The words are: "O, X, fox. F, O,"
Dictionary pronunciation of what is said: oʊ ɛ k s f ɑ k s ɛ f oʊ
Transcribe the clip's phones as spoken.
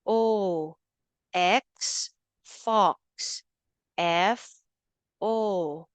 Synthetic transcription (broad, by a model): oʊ ɛ k s f ɑ k s ɛ f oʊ